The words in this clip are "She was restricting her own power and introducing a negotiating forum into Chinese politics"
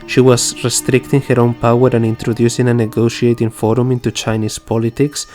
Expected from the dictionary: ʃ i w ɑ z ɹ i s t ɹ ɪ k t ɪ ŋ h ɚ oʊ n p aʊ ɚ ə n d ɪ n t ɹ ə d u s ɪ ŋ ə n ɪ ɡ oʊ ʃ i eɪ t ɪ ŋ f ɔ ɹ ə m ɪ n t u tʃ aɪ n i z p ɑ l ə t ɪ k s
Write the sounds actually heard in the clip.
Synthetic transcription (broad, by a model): ʃ i w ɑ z ɹ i s t ɹ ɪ k t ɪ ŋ h ɚ oʊ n p aʊ ɚ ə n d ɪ n t ɹ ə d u s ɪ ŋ ə n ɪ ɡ oʊ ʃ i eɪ t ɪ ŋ f ɔ ɹ ə m ɪ n t u tʃ aɪ n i s p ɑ l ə t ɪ k s